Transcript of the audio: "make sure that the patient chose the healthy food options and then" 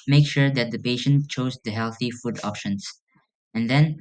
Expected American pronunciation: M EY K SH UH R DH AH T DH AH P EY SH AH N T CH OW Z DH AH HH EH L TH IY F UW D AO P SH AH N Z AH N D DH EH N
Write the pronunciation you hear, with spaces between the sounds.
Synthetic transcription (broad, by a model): M EY K SH UH R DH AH T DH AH P EY SH AH N T CH OW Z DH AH HH EH L TH IY F UW D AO P SH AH N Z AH N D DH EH N